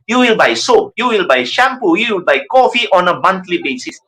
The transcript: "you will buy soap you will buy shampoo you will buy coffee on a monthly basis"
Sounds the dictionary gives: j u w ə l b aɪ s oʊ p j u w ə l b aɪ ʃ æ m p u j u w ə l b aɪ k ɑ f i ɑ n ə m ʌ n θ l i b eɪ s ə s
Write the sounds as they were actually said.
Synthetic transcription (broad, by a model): j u w ə l b aɪ s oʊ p j u w ə l b aɪ ʃ æ m p u j u w ə l b aɪ k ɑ f i ɑ n ə m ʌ n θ l i b eɪ s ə s